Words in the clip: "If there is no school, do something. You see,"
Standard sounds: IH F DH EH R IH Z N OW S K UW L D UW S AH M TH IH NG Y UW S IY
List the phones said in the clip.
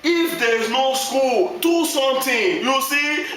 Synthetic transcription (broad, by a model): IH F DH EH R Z N OW S K UW L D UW S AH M T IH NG Y UW S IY